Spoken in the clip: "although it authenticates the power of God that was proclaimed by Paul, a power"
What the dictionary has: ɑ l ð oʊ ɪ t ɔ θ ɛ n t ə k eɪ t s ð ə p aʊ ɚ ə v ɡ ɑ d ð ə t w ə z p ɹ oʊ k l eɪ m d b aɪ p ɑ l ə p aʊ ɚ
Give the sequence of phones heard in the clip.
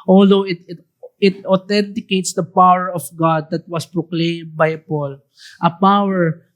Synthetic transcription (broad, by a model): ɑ l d oʊ ɪ t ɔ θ ɛ n t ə k eɪ t s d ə p aʊ ɚ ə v ɡ ɑ d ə t w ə s p ɹ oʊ k l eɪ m b aɪ p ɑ l ə p aʊ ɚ